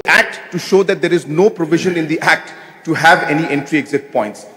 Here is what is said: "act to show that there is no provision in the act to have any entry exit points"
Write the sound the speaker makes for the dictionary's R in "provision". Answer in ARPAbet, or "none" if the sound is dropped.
R